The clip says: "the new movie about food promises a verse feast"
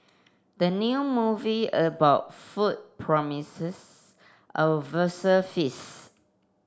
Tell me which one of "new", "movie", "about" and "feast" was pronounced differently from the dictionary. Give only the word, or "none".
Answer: feast